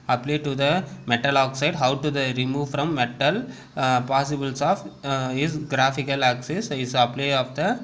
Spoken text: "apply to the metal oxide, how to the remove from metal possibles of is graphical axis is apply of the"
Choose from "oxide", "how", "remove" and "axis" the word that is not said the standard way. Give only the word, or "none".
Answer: none